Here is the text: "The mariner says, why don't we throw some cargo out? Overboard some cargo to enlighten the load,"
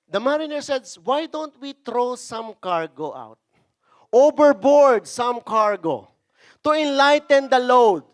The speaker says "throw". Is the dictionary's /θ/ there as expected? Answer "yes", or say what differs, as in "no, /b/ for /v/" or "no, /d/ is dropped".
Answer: no, /t/ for /θ/